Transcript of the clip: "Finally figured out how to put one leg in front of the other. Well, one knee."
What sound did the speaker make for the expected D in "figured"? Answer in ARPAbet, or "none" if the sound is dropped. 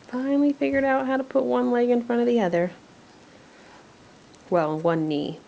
D